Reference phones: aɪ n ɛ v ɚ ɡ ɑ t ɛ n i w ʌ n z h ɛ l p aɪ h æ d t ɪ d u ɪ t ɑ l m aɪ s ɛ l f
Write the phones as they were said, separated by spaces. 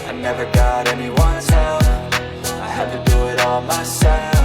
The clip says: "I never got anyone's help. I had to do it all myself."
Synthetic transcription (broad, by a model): aɪ n ɛ v ɚ ɡ ɑ t ɛ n i w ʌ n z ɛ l f aɪ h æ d t ɪ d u ɪ t ɑ l m aɪ s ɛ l